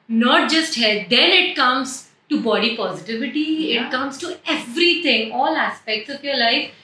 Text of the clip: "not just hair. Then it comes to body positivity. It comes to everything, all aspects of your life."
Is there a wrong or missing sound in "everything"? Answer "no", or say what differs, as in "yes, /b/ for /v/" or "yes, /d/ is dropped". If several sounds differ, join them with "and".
yes, /t/ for /θ/